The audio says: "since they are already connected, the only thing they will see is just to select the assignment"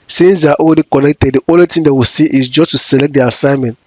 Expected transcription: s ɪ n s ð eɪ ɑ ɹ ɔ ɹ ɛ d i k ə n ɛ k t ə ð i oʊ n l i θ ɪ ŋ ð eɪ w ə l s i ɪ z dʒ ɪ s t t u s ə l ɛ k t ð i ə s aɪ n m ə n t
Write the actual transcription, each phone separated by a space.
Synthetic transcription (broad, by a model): s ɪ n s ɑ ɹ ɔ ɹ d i k ə n ɛ k t ə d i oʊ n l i t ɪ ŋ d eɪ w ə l s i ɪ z dʒ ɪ s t t u s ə l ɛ k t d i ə s aɪ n m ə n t